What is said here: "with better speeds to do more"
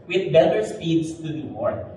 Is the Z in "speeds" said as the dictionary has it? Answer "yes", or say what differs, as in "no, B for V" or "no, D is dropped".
no, S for Z